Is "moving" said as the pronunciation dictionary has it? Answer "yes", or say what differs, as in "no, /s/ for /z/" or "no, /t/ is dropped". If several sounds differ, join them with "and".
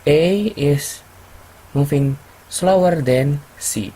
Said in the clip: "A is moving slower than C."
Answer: no, /f/ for /v/